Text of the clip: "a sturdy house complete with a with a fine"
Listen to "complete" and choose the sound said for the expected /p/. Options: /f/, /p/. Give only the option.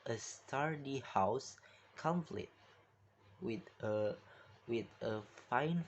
/f/